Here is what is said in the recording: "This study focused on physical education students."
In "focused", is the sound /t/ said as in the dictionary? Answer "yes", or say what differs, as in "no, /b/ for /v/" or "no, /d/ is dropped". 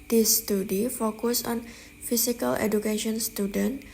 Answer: no, /t/ is dropped